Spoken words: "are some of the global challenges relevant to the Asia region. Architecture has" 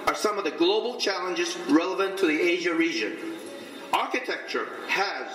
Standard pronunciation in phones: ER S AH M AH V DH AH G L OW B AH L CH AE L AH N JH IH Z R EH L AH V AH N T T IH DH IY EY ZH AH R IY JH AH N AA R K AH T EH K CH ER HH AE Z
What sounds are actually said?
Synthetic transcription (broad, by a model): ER S AH M AH V DH AH G L OW B L CH AE L AH N JH IH Z R EH L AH V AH N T T IH DH IY EY ZH AH R IY JH AH N AA R K AH T EH K CH ER HH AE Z